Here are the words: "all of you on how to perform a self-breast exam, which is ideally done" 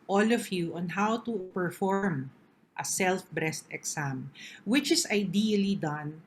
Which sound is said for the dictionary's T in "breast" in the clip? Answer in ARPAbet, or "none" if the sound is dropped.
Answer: T